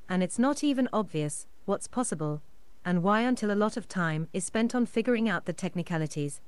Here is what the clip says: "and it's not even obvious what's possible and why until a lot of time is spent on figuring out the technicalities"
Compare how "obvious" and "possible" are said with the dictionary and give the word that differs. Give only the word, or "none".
none